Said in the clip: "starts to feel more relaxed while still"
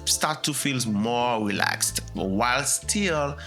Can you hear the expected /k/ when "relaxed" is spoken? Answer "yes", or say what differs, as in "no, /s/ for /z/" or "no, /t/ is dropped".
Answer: yes